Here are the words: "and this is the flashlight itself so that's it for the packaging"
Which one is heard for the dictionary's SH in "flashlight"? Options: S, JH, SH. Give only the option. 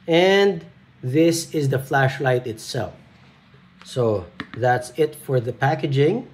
SH